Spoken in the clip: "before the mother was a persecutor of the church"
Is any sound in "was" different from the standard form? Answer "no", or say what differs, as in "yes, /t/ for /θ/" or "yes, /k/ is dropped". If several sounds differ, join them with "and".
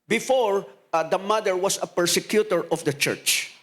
yes, /s/ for /z/